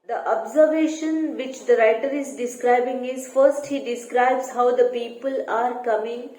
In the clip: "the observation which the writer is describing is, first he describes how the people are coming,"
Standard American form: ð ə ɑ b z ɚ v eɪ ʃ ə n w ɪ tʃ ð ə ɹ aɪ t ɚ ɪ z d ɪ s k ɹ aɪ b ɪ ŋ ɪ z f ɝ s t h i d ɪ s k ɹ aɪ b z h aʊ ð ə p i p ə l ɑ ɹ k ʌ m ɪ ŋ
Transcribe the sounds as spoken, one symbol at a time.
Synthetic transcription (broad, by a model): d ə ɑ b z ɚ v eɪ ʃ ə n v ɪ tʃ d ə ɹ aɪ t ɚ ɪ z d ɪ s k ɹ aɪ b ɪ ŋ ɪ z f ɝ s t h i d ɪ s k ɹ aɪ b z h aʊ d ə p i p ə l ɑ ɹ k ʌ m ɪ ŋ